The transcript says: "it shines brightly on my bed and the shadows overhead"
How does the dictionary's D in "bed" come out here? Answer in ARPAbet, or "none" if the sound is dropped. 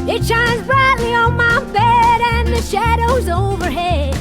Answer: D